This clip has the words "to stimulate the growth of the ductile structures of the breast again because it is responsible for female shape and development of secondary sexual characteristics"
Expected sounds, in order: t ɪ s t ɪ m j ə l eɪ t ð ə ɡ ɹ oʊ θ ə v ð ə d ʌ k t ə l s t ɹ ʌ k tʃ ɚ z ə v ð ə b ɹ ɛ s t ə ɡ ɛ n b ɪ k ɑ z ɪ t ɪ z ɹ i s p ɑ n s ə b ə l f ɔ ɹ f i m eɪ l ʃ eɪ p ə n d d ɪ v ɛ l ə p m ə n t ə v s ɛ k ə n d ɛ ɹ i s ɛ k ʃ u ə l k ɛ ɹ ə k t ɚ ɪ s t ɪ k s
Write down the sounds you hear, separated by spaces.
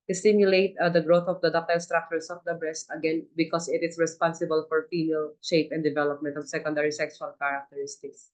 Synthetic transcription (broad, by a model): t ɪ s t ɪ m j ə l eɪ t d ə ɡ ɹ oʊ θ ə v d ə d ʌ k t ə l s t ɹ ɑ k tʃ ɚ s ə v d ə b ɹ ɛ s t ə ɡ ɛ n b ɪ k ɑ s ɪ t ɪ s ɹ i s p ɑ n s ə b ə l f ɔ ɹ f i m eɪ l ʃ eɪ p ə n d d ɪ v ɛ l ə p m ə n t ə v s ɛ k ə n d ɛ ɹ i s ɛ k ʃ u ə l k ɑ ɹ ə k t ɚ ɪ s t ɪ k s